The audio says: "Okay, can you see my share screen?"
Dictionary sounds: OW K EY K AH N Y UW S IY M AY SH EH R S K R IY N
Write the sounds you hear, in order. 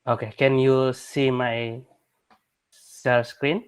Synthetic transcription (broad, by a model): OW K EY K AH N Y UW S IY M AY S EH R S K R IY N